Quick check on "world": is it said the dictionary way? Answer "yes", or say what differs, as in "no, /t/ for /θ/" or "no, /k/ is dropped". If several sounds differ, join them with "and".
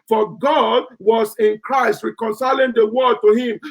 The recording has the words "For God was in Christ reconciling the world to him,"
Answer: no, /l/ is dropped